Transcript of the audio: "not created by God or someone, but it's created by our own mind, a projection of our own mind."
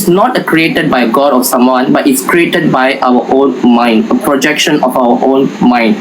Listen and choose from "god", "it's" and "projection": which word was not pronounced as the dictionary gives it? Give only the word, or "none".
none